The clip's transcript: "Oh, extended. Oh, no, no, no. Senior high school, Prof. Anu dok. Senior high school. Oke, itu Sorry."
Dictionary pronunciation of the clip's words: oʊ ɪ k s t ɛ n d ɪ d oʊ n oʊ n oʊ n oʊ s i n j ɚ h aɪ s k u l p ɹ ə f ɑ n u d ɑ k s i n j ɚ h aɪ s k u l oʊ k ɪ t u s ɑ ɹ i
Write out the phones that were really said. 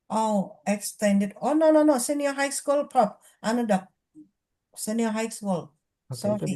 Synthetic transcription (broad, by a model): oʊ ɪ k s t ɛ n d ɪ d oʊ n oʊ n oʊ n oʊ s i n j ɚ h aɪ s k u l p ə p ɑ n u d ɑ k s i n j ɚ h aɪ s k u l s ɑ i